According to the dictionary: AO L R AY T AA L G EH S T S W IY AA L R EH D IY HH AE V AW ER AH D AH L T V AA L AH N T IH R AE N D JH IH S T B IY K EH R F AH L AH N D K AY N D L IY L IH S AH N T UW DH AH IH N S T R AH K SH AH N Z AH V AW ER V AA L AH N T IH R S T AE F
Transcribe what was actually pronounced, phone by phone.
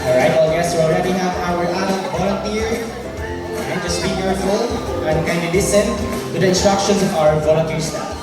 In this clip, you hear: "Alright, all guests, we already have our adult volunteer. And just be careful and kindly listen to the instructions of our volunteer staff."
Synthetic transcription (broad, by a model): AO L R AY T AA L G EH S S W IY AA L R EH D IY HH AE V AW ER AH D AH T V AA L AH N T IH R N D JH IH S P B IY K EH R F AH L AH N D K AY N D IY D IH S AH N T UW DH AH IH N S T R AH K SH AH N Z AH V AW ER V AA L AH N T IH R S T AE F